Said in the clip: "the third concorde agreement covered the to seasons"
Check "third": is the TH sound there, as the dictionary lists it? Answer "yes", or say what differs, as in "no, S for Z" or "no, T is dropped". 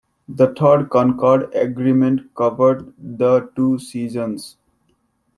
no, T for TH